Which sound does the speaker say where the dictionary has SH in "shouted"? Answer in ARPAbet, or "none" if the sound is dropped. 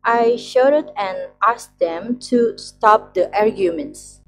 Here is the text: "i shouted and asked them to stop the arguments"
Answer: SH